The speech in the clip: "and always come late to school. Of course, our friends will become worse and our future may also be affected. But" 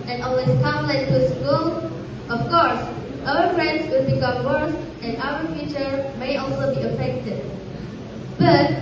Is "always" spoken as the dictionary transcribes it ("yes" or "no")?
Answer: no